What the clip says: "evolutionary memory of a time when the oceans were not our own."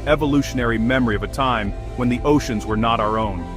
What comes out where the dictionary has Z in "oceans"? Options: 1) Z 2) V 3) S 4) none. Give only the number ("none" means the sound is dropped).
1